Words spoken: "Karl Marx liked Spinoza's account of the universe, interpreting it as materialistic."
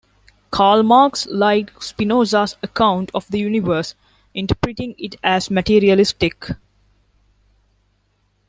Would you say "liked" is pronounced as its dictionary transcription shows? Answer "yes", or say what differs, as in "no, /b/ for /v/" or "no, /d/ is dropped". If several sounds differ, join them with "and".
no, /k/ is dropped